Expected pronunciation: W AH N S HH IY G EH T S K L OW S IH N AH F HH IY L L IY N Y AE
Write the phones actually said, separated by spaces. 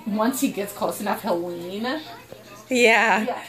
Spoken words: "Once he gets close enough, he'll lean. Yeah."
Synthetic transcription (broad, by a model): W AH N S HH IY G EH T S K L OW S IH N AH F HH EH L W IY N Y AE